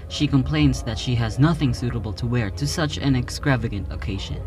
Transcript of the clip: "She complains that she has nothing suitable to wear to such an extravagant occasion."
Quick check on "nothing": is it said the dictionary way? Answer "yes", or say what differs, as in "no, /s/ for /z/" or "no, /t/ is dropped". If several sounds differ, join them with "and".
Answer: yes